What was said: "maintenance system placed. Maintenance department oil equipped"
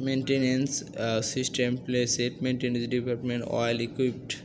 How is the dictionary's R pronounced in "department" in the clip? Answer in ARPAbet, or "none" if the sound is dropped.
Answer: L